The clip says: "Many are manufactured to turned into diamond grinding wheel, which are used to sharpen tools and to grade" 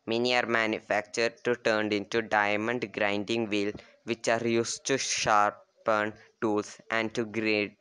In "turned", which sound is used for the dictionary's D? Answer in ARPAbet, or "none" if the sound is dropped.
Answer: D